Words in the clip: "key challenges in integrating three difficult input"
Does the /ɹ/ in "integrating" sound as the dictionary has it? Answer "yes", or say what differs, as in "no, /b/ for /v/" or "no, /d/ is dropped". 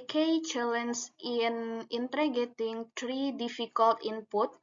no, /ɹ/ is dropped